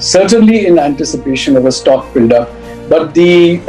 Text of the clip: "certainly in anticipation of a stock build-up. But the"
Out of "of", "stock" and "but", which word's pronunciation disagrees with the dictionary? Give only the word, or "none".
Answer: none